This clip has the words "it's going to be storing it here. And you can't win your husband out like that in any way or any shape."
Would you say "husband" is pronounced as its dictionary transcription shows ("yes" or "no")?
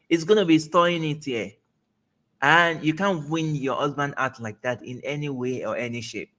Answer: yes